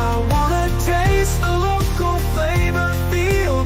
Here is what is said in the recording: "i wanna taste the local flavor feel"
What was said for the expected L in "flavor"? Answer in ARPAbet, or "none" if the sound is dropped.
none